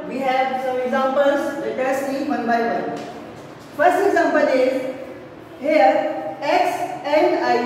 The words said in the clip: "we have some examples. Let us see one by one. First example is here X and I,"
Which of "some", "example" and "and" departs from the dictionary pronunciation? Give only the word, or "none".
example